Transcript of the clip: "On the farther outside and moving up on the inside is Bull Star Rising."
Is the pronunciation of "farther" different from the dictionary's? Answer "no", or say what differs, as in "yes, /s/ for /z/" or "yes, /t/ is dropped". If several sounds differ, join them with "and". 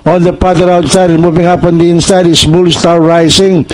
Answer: yes, /p/ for /f/